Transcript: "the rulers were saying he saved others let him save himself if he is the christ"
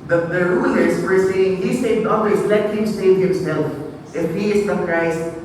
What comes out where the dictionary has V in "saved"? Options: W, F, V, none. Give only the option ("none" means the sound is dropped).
none